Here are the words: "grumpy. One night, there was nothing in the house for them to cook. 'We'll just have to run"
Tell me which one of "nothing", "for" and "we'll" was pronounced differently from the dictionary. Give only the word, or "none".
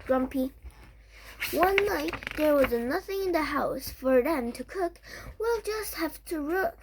none